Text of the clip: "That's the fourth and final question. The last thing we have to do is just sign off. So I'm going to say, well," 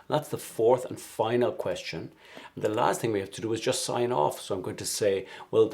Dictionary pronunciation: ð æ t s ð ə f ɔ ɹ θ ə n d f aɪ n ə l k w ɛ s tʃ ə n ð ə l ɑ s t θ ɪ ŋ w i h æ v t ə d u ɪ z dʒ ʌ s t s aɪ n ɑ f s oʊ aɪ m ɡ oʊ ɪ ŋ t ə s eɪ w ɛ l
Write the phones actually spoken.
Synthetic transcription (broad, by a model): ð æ t s ð ə f ɔ ɹ θ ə n f aɪ n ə l k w ɛ s tʃ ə n ð ə l ɑ s t θ ɪ ŋ w i h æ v t ə d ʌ ɪ z dʒ ʌ s t s aɪ n ɑ f s oʊ aɪ m ɡ oʊ ɪ ŋ t ə s eɪ w ɛ l